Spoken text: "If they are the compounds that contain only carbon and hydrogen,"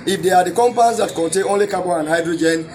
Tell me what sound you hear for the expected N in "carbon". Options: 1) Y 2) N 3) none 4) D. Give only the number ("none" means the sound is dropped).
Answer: 3